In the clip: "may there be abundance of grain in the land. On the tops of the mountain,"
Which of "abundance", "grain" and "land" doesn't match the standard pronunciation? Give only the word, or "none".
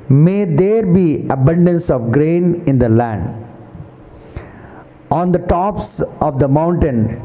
none